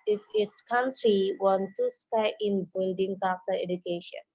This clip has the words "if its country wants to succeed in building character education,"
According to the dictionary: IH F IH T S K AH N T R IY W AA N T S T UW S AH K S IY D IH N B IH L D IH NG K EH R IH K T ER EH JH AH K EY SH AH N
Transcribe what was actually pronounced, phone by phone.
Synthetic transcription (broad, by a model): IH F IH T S K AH N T R IY W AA N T T UW S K AA IH N B IH L D IH NG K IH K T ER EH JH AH K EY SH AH N